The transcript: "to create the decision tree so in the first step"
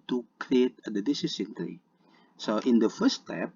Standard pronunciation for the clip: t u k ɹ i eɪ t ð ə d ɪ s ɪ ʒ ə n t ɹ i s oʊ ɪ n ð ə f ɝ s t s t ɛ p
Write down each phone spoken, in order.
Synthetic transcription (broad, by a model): t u k ɹ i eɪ t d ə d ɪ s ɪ s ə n t ɹ i s oʊ ɪ n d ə f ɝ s s t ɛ p